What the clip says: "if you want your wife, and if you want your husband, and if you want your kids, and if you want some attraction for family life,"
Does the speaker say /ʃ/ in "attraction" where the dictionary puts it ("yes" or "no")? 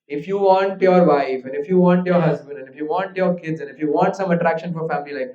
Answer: yes